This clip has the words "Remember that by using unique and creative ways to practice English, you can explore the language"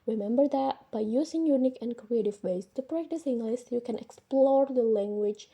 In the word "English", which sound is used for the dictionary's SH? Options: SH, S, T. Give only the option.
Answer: S